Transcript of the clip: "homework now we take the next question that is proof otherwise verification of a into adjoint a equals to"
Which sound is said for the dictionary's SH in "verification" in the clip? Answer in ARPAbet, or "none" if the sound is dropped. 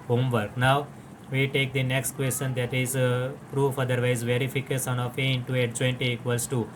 S